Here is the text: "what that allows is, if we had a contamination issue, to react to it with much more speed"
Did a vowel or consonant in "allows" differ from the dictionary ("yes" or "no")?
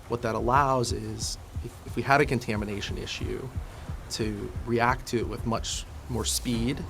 no